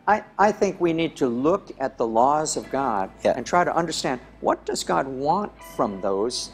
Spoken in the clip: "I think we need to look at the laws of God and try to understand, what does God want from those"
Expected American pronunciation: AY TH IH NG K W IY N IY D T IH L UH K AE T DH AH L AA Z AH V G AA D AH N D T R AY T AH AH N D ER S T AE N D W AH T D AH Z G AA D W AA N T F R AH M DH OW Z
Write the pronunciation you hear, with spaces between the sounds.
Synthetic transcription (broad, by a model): AY TH IH NG K W IY N IY D T IH L UH K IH T DH AH L AA Z AH V G AA D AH N T R AY T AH AH N D ER S T AE N D W AH T D AH Z G AA D W AA N T F R AH M DH OW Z